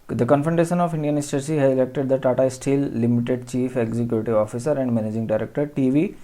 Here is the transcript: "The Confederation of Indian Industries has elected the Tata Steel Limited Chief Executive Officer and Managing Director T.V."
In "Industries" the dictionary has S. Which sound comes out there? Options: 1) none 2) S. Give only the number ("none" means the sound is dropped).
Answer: 1